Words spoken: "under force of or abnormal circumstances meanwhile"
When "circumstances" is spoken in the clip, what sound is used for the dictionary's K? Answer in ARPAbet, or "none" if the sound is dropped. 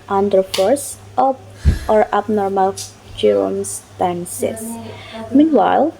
none